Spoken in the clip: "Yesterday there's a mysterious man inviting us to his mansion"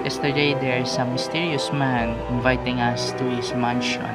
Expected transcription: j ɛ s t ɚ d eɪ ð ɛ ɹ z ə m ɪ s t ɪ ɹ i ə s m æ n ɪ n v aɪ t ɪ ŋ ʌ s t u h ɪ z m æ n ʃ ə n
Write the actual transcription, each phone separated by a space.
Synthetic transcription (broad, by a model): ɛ s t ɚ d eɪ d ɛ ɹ s ə m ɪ s t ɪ ɹ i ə s m æ n ɪ n v aɪ t ɪ ŋ ʌ s t u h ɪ s m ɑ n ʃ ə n